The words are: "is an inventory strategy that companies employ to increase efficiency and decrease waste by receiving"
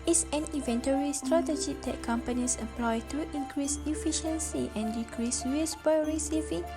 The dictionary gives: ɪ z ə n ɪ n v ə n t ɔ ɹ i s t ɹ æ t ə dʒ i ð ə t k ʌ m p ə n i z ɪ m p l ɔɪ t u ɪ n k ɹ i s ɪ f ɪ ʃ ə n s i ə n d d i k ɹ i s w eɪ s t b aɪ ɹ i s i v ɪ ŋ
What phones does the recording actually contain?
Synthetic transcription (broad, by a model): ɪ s ə n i v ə n t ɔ ɹ i s t ɹ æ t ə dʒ i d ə t k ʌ m p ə n i s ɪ p l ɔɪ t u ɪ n k ɹ i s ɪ f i ʃ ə n s i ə n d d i k ɹ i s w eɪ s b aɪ ɹ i s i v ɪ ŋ